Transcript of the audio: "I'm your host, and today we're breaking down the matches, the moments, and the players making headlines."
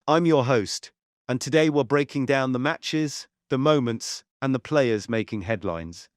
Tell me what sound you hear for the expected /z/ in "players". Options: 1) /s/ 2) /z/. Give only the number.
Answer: 2